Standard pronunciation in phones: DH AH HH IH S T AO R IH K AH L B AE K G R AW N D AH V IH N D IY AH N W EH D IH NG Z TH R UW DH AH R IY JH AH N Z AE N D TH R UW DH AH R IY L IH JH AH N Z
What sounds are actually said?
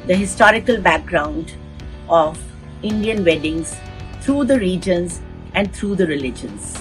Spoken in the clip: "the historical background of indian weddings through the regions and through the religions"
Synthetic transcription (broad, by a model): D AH HH IH S T AO R IH K AH L B AE K G R AW N D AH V IH N D IY AH N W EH D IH NG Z T R UW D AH R IY JH AH N Z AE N D T R UW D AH R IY L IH JH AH N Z